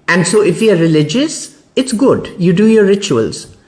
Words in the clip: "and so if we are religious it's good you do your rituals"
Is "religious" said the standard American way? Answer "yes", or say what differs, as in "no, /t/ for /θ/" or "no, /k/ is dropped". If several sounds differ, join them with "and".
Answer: yes